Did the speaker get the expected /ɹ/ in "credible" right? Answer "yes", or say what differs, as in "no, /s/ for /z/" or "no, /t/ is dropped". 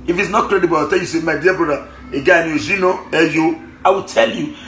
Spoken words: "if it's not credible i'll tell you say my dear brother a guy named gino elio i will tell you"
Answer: yes